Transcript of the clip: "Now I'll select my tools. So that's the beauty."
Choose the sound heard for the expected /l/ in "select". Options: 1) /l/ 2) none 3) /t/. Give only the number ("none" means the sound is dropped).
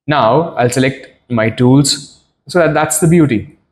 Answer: 1